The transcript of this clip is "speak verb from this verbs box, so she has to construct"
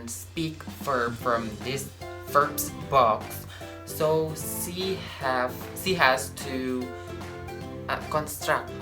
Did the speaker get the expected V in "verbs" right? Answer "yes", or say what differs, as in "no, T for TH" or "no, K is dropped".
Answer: no, F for V